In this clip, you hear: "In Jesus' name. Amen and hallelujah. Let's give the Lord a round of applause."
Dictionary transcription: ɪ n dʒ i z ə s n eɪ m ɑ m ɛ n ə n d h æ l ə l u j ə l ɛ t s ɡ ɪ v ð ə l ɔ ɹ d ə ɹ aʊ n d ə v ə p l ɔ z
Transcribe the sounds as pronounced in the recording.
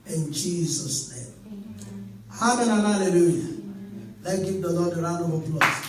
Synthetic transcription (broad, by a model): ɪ n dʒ i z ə s n eɪ m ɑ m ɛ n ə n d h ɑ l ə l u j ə l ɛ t ɡ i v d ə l ɔ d ə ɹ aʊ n ə w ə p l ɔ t